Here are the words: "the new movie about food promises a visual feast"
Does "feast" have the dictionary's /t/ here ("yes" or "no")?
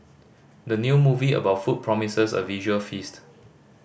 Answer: yes